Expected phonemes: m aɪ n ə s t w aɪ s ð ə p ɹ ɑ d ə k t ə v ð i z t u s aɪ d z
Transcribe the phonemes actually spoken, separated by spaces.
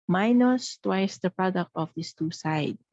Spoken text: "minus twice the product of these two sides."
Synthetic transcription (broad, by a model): m aɪ n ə s t w aɪ s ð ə p ɹ ɑ d ə k t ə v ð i s t u s aɪ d